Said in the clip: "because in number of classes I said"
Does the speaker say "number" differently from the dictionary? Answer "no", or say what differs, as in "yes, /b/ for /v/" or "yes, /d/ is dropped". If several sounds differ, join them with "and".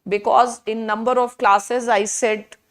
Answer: no